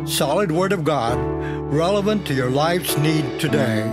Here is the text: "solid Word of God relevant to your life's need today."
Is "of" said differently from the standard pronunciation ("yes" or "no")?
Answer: no